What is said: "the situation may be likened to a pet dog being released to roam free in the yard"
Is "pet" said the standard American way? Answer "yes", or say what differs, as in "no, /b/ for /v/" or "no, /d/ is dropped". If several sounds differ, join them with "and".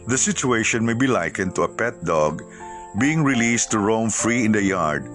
yes